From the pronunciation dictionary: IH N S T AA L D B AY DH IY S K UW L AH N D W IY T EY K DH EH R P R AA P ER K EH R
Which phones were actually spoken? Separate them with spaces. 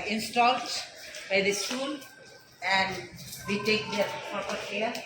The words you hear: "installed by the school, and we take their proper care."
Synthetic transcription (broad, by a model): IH N S T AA L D B AY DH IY S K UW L AH N D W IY T EY K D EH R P AA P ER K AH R